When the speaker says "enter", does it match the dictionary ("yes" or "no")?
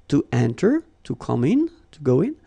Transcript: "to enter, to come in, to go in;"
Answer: yes